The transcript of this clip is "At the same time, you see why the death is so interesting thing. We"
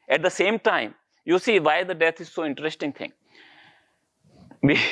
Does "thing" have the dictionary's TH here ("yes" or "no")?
no